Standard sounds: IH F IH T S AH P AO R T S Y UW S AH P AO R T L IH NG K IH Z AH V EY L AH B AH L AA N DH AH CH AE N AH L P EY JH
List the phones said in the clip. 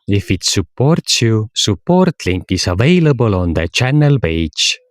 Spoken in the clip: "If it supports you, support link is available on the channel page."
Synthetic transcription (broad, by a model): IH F IH T S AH P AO R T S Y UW S AH P AO R T L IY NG K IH S AH V EY L AH B AH L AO N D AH CH AE N AH L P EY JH